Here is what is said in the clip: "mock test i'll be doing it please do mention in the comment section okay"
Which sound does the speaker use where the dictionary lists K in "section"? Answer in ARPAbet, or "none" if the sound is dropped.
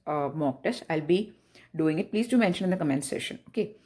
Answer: none